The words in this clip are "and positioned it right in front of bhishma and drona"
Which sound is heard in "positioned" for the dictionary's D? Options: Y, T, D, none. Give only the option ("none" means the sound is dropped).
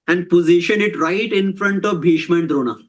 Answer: none